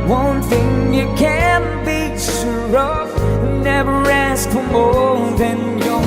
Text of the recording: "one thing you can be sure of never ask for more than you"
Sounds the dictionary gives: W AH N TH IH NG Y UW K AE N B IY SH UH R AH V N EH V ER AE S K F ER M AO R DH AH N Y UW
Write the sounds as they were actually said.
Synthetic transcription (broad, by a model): W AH N TH IH NG Y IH K AE N B IY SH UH R AH V N EH V ER AE S K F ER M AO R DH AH N Y